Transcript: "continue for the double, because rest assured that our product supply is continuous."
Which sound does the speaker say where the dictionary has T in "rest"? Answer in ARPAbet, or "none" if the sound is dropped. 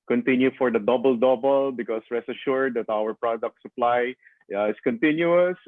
none